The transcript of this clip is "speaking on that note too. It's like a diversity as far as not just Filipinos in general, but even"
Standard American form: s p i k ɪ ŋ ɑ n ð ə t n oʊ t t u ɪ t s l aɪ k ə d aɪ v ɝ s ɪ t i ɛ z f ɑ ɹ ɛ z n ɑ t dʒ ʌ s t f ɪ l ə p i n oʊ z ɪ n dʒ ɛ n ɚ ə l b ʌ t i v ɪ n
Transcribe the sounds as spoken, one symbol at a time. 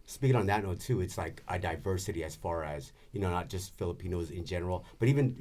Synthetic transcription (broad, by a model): s p i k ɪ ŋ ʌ n ð ə t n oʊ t t u ɪ t s l aɪ k ə d aɪ v ɝ s ɪ t i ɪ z f ɑ ɹ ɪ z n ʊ t dʒ ʌ s t f ɪ l ə p i n oʊ z ɪ n dʒ ɛ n ɚ l b ʌ t i v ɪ n